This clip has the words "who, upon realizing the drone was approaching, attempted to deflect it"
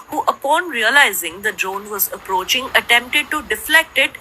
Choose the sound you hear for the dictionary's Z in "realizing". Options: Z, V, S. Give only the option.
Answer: Z